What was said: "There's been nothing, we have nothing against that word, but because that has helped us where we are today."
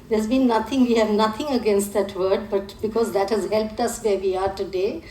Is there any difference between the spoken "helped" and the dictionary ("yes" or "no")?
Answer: no